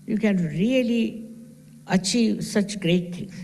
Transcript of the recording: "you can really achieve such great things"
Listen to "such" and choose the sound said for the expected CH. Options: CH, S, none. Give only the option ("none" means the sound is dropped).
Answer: CH